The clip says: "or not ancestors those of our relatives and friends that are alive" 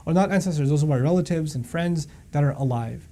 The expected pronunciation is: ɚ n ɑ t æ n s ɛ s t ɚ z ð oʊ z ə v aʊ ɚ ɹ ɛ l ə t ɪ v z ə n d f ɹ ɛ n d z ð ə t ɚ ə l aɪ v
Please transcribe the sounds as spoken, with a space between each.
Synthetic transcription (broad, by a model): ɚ n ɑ t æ n s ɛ s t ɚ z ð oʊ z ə b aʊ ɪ ɹ ɛ l ə t ɪ v z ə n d f ɹ ɛ n d z ð ə t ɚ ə l aɪ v